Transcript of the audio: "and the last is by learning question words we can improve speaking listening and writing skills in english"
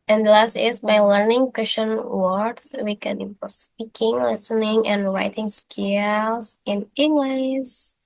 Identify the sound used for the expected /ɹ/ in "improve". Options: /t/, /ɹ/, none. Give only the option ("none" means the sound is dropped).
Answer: none